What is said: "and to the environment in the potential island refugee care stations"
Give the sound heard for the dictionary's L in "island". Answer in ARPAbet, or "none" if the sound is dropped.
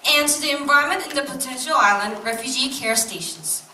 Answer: L